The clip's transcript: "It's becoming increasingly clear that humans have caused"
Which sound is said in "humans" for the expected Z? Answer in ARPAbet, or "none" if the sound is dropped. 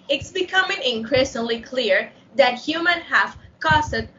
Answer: none